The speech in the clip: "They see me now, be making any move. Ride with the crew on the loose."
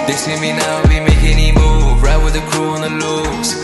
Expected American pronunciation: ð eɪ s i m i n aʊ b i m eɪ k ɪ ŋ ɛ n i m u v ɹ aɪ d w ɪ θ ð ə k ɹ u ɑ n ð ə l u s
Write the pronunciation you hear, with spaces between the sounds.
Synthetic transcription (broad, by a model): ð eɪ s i m i n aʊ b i m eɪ ɪ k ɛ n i m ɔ b ɹ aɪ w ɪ ð ə k ɹ u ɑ n ð ə l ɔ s